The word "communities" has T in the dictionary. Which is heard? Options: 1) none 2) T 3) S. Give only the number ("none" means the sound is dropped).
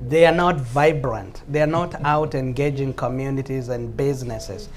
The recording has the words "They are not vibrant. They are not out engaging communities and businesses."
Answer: 2